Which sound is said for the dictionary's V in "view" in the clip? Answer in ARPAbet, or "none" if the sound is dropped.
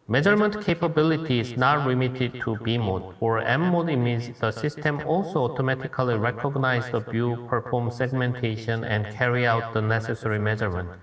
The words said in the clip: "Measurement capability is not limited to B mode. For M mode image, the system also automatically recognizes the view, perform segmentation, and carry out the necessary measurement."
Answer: B